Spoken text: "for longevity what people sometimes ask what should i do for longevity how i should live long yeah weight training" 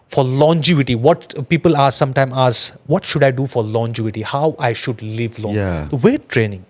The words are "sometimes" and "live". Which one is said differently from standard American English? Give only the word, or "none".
sometimes